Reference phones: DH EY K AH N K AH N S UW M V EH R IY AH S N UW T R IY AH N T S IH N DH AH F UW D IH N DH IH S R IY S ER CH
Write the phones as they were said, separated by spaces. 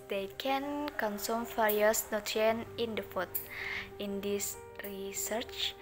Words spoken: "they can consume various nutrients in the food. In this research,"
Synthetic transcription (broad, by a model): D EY K AH N K AH N S UW M F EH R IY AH S N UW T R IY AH N IH N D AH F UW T IH N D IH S R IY S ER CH